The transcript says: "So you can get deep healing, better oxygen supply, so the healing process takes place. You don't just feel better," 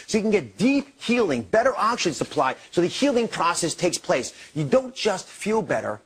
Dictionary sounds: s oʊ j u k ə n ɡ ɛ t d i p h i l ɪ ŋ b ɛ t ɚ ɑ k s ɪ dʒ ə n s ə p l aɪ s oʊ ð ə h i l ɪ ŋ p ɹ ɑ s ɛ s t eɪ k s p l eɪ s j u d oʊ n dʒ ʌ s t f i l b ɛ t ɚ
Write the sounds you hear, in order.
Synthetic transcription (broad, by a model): s oʊ j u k n ɡ ɛ t d i p h i l ɪ ŋ b ɛ t ɚ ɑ k ʃ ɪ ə n s ə p l aɪ s oʊ ð ə h i l ɪ ŋ p ɹ ɑ s ɛ s t eɪ k s p l eɪ s j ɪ d oʊ n dʒ ʌ s t f i l b ɛ t ɚ